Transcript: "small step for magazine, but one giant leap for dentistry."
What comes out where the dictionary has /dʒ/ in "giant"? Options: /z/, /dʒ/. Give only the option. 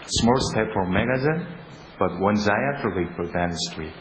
/z/